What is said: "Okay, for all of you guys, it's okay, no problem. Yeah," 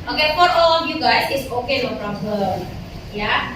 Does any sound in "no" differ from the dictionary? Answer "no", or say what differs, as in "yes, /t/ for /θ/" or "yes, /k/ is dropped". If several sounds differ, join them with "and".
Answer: yes, /l/ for /n/